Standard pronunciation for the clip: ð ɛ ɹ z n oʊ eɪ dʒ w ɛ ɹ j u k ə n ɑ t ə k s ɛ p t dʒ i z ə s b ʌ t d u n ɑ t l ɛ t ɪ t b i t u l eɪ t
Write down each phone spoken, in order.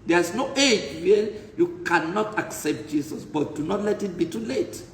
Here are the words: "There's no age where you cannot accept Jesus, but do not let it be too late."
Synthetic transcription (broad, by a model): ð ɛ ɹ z n oʊ eɪ dʒ w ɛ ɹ j u k ə n ɑ t ə k s ɛ p t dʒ i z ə s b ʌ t d u n ɑ t l ɛ t ɪ t b i t u l eɪ t